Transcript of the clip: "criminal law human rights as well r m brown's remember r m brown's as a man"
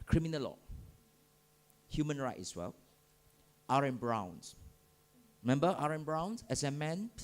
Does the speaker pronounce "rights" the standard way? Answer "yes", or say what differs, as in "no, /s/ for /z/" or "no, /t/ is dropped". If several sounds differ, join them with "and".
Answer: no, /s/ is dropped